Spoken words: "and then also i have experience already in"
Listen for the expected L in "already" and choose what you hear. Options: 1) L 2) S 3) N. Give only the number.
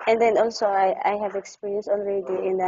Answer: 3